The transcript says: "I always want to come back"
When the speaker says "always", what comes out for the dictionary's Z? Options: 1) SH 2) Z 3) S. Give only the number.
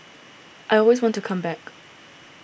2